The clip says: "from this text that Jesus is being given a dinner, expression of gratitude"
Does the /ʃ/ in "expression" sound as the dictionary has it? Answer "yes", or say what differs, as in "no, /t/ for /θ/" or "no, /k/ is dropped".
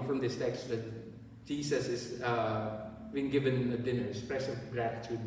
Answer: no, /s/ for /ʃ/